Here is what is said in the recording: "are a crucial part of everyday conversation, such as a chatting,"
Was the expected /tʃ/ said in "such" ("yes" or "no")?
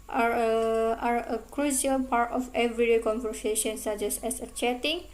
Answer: no